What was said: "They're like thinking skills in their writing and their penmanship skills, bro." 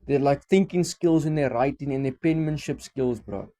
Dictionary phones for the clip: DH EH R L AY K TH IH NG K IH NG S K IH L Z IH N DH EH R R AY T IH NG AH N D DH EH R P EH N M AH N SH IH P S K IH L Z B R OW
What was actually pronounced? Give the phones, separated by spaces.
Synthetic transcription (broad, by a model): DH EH L AY K TH IH NG K IH NG S K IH L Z IH N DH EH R R AY T IH NG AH N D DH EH P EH N M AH N SH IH P S K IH L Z B R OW